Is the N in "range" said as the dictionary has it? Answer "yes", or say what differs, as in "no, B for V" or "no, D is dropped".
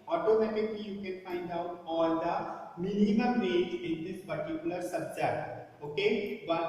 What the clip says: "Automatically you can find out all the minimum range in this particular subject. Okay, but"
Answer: no, N is dropped